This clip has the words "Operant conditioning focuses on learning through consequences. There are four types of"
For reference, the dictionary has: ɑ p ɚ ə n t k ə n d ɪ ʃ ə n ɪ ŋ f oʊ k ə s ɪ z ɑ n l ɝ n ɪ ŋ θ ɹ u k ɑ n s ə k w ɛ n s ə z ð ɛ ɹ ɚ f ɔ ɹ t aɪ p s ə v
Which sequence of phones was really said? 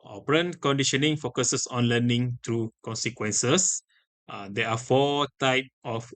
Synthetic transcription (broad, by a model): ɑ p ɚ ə n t k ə n d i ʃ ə n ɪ ŋ f oʊ k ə s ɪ s ɑ n l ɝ n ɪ ŋ t ɹ u k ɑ n s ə k w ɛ n s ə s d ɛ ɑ f ɔ t aɪ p ə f